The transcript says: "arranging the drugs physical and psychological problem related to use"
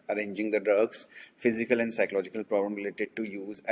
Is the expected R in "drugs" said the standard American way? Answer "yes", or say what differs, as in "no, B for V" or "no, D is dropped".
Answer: no, R is dropped